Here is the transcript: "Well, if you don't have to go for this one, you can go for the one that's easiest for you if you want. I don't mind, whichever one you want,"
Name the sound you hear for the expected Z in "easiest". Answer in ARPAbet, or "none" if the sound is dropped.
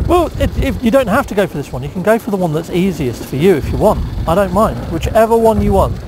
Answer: Z